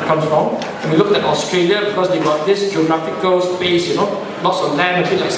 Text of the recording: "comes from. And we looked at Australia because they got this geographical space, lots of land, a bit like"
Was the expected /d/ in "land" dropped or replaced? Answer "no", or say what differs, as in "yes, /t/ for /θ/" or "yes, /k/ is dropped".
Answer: yes, /d/ is dropped